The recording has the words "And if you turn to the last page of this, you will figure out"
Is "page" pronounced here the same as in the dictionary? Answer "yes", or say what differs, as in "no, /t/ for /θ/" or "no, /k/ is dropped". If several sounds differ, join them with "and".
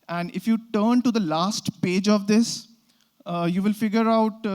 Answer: yes